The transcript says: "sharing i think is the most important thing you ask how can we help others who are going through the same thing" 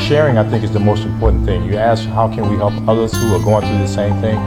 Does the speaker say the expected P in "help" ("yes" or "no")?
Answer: yes